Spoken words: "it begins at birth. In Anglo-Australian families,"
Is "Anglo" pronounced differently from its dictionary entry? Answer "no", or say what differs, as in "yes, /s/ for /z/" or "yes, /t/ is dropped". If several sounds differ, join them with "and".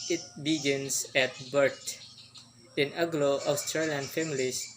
yes, /ŋ/ is dropped